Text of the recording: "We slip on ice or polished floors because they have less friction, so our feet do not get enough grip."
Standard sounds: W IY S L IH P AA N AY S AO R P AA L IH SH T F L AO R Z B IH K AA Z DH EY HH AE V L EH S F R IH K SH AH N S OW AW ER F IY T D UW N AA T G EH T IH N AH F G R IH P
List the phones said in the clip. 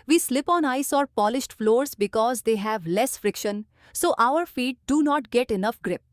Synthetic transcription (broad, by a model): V IY S L IH P AA N AY S AO R P AA L IH SH T F L AO R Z B IH K AA Z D EY HH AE V L EH S F R IH K SH AH N S OW AW ER F IY T D UW N AA T G EH T IH N AH F G R IH P